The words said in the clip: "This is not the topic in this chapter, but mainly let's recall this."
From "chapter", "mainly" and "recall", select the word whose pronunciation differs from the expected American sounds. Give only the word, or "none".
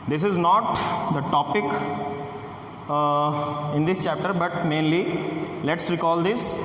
none